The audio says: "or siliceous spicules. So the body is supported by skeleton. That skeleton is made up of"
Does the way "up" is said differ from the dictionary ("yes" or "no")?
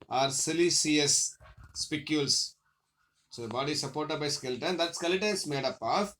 no